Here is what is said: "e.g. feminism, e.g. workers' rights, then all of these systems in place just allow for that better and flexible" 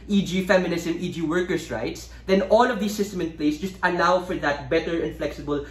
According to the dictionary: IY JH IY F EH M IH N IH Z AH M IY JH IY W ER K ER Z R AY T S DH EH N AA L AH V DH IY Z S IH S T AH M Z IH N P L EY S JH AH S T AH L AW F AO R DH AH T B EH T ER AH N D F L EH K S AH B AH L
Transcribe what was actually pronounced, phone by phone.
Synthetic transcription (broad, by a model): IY JH IY F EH M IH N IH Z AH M IY JH IY W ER K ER S R AY T S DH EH N AA L AH V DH IY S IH S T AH M IH N P L EY S JH AH S T AH L AW F AO R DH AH T B EH T ER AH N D F L EH K S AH B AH L